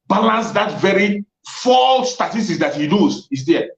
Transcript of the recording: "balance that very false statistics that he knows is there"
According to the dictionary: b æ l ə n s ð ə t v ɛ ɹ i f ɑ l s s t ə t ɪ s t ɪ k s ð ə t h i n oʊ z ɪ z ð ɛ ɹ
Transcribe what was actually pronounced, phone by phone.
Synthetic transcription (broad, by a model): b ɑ l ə n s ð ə t v ɛ ɹ i f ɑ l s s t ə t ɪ s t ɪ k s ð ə t h i l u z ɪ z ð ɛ